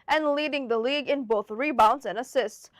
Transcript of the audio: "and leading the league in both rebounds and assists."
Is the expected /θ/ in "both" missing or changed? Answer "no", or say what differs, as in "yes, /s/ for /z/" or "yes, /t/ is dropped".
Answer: no